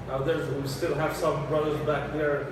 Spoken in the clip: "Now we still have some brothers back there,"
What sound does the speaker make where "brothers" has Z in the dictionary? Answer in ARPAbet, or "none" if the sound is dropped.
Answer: Z